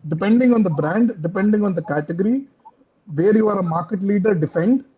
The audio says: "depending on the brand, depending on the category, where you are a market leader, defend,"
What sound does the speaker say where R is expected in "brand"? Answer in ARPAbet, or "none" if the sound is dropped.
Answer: R